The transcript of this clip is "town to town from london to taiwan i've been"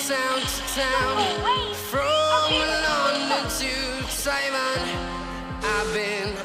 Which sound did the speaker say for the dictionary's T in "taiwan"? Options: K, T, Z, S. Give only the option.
S